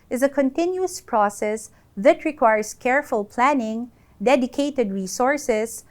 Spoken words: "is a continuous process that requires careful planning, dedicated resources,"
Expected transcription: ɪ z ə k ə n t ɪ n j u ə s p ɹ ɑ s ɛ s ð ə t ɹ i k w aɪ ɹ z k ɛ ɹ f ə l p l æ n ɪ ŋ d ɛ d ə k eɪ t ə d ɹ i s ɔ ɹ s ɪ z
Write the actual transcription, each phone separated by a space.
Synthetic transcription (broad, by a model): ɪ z ə k ə n t ɪ n j u ə s p ɹ ɑ s ɛ s ð ə t ɹ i k w aɪ ɹ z k ɛ ɹ f ə l p l æ n ɪ ŋ d ɛ d ə k eɪ t ə d ɹ i s ɔ ɹ s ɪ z